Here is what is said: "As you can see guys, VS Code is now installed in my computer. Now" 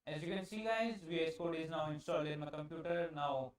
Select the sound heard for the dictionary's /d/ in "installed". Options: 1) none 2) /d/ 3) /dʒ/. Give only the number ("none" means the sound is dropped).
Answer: 1